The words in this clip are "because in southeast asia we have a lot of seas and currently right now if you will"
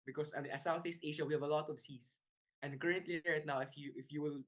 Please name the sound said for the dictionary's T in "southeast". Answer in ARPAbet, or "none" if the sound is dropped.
T